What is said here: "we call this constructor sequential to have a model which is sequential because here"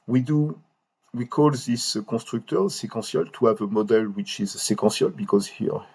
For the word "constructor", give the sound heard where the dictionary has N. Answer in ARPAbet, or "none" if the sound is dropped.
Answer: none